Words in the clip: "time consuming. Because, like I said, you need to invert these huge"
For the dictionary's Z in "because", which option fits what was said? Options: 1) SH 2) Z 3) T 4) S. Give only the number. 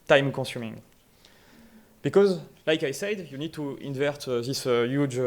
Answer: 2